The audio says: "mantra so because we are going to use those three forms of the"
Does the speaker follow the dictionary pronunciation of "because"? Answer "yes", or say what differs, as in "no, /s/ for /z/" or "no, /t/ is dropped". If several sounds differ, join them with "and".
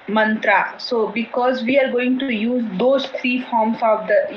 yes